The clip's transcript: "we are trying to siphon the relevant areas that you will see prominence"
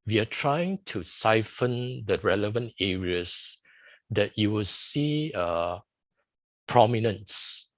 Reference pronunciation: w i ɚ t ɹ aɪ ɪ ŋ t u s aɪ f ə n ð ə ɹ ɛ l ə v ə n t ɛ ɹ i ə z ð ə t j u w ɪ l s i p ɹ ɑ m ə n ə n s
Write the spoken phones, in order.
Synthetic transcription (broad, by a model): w i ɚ t ɹ aɪ ɪ ŋ t u s aɪ f ə n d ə ɹ ɛ l ə v ə n t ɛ ɹ i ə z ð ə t j u w ɪ l s i p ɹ ɑ m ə n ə n s